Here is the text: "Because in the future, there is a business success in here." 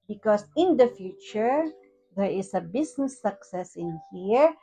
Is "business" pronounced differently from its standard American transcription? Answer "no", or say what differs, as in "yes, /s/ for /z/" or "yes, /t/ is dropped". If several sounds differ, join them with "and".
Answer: yes, /s/ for /z/